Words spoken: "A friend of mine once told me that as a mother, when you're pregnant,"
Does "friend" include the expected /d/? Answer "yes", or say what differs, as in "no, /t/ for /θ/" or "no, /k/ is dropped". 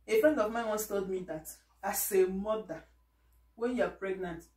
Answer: yes